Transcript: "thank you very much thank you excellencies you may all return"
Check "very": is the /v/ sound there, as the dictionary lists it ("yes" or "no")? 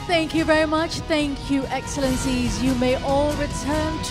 yes